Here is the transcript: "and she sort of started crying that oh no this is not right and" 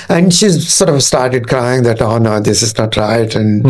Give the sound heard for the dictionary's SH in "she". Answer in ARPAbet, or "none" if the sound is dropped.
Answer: SH